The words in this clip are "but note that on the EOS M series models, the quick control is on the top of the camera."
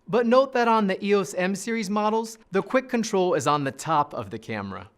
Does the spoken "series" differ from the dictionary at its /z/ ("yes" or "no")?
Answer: no